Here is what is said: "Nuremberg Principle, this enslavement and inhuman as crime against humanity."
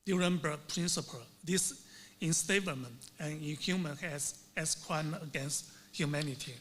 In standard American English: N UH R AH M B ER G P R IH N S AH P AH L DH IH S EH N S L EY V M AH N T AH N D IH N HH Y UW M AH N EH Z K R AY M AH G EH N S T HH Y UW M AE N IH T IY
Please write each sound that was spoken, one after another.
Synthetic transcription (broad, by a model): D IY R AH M B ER P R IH N S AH P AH L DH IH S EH N S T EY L M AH N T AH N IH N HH Y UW M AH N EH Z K W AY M AH G EH N S T HH Y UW M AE N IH T IY